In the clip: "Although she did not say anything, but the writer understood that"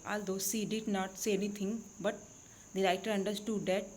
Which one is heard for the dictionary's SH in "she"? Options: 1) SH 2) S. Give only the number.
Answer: 2